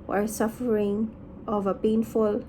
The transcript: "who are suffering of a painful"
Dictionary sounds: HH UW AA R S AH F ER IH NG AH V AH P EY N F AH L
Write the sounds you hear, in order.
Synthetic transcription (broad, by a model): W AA L S AH F ER IH NG AH V AH P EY N F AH L